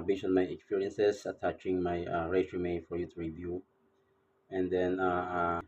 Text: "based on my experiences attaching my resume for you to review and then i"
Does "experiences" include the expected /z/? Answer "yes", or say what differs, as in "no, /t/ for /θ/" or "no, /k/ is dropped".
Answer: no, /s/ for /z/